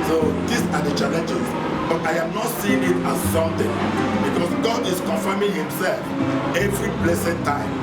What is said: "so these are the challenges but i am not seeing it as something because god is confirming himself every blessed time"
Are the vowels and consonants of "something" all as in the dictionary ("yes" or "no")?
no